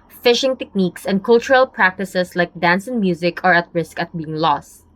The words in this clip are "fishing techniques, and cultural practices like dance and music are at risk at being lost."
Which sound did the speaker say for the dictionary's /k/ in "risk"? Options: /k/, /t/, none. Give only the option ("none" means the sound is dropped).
/k/